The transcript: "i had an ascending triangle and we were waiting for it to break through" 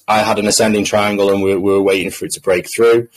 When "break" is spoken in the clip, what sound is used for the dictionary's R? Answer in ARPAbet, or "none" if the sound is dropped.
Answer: R